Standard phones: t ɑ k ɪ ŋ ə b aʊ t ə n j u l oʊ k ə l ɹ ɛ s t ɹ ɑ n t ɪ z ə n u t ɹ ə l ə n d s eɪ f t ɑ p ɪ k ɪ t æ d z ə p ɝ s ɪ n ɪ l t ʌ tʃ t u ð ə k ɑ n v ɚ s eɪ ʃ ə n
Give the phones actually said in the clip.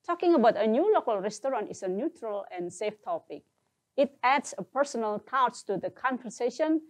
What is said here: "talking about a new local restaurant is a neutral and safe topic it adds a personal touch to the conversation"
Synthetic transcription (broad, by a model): t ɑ k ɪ ŋ ə b aʊ t ə n j u l oʊ k ə l ɹ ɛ s t ɹ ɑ n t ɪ s ə n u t ɹ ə l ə n s eɪ f t ɑ p ɪ k ɪ t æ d s ə p ɝ s ɪ n ɪ l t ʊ s t u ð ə k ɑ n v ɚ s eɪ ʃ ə n